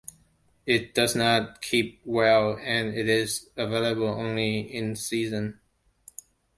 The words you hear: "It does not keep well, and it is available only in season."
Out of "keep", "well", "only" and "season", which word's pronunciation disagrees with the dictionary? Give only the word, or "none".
none